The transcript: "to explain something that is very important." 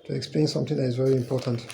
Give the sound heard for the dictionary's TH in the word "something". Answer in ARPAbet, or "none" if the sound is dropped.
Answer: TH